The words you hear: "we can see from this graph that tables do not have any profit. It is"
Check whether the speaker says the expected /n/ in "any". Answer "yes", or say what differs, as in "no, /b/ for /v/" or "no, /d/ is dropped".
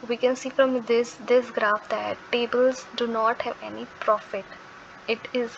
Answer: yes